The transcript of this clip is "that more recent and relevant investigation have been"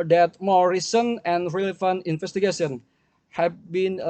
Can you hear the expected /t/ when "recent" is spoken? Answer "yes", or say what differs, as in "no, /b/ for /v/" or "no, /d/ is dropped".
no, /t/ is dropped